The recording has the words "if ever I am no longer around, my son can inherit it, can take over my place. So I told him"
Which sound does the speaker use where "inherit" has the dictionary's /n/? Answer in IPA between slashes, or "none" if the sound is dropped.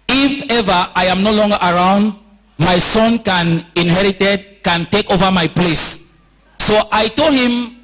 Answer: /n/